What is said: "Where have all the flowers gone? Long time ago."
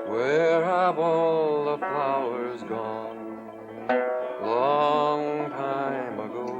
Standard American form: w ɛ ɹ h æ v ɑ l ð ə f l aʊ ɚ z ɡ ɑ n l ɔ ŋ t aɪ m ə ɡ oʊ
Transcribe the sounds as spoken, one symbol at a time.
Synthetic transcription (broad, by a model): w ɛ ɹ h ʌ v ɑ l ð ə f aʊ ɚ z ɡ ɑ n l ɔ ŋ t aɪ m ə ɡ oʊ